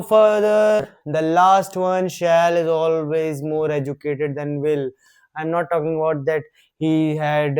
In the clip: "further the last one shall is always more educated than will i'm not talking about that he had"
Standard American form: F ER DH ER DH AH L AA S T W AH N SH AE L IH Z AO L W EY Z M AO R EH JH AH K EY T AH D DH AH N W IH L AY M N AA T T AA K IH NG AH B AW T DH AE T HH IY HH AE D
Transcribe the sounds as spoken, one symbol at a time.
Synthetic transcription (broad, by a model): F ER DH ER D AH L AA S T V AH N SH AE L IH Z AO L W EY Z M AO R EH JH AH K EY T AH D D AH N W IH L AY M N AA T T AA K IH NG AH B AW T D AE T HH IY HH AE D